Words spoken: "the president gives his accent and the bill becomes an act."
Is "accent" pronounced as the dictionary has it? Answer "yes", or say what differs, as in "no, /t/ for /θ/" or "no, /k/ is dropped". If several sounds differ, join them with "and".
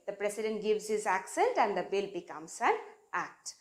yes